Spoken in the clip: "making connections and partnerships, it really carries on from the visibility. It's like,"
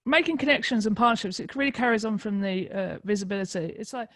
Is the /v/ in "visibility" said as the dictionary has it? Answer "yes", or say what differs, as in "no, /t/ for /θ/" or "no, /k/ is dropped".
yes